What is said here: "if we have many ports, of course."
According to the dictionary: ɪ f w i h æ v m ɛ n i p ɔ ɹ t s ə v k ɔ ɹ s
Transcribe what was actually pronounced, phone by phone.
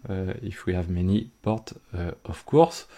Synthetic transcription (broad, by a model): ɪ f w i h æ v m ɛ n i p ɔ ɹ t ə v k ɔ ɹ s